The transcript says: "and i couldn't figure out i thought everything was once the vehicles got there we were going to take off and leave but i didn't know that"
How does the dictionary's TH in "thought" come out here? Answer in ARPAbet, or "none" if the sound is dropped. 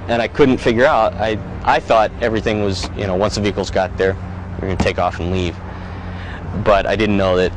TH